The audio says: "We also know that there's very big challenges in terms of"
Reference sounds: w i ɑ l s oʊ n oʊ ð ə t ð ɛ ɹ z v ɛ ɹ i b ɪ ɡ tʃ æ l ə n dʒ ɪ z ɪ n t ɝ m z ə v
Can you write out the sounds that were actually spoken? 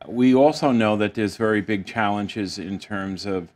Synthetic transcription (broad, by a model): w i ɑ l s oʊ n oʊ ð ə t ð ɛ ɹ z v ɛ ɹ i b ɪ ɡ tʃ æ l ə n dʒ ɪ z ɪ n t ɝ m z ə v